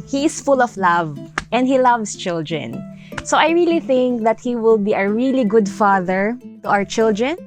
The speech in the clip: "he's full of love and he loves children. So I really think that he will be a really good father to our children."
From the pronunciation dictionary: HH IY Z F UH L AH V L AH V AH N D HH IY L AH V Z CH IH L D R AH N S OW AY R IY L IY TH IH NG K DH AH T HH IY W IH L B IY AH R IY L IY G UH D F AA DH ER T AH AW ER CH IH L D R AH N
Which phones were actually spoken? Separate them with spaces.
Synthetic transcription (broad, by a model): HH IY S F UH L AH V L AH V AH N D HH IY L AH V S CH IH L D R AH N S OW AY R IY L IY TH IH NG K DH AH T HH IY W IH L B IY AH R IY L IY G UH D F AA DH ER T AH AW ER CH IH L D R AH N